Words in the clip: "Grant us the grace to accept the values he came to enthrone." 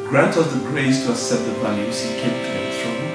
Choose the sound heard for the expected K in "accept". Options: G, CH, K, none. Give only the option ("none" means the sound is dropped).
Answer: none